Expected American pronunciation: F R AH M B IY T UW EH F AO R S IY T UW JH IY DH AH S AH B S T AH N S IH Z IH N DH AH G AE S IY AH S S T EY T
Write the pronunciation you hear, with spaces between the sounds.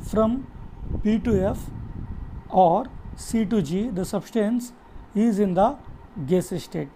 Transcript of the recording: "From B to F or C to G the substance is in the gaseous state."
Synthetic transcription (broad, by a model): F R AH M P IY T UW EH F AO R S IY T UW JH IY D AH S AH B S T AH N S IH Z IH N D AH G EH S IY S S T EY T